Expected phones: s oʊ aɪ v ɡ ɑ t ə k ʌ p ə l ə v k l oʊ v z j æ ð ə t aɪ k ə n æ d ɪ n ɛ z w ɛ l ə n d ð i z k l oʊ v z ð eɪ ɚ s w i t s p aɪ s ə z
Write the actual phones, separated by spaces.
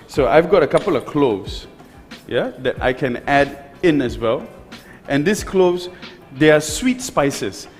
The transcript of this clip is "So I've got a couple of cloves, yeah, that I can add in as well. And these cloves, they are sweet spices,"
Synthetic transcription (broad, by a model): s oʊ aɪ v ɡ ɑ t ə k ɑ p ə l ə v k l oʊ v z j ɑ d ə t aɪ k ə n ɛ d ɪ n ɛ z w ɛ l ə n d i s k l oʊ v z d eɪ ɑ s w i t s p aɪ s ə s